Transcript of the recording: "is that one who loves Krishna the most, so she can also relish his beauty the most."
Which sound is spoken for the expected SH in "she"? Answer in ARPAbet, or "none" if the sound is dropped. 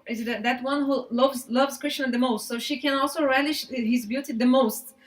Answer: SH